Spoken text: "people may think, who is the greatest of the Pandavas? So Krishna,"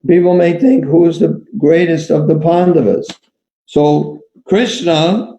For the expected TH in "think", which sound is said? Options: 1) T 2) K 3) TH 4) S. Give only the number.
3